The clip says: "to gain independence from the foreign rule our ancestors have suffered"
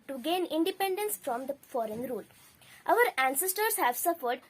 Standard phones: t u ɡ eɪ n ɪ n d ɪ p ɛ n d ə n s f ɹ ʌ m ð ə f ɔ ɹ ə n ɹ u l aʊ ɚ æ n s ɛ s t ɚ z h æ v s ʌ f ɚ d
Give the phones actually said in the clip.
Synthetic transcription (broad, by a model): t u ɡ eɪ n ɪ n d ɪ p ɛ n d ə n s f ɹ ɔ m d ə f ɔ ɹ ə n ɹ u l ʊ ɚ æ n s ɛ s t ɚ s h æ v s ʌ f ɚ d